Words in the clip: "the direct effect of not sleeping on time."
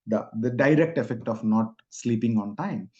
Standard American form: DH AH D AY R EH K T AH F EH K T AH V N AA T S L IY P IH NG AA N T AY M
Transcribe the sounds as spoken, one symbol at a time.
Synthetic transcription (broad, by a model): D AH D AY R EH K T AH F EH K T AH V N AA T S L IY P IH NG AA N T AY M